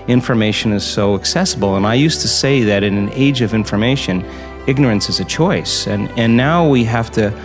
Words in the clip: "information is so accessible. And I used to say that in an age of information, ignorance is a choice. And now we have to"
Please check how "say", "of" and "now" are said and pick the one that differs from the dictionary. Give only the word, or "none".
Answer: none